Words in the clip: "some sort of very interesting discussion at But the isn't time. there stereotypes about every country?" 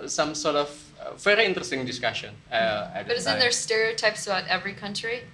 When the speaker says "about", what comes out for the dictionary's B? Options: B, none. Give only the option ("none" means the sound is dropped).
none